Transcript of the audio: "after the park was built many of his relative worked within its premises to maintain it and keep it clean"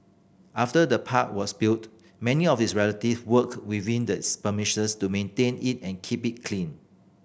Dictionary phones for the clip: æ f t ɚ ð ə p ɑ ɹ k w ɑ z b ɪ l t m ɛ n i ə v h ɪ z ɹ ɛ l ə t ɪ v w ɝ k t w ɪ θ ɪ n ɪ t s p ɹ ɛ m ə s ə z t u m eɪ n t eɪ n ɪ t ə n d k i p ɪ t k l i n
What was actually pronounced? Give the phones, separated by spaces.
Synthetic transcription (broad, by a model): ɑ f t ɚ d ə p ɑ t w ɑ s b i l t m ɛ n i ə f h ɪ s ɹ ɛ l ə t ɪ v w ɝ k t w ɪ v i n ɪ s p ʌ m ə ʃ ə s t u m eɪ n t eɪ n ɪ t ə n k i p ɪ t k l i n